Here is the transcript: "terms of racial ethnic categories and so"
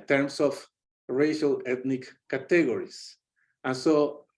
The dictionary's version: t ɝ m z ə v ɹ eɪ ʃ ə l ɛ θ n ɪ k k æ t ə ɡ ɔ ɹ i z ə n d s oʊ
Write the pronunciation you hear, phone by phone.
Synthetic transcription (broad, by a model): t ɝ m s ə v ɹ eɪ ʃ ə l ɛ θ n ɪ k k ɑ t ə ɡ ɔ ɹ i s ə n s oʊ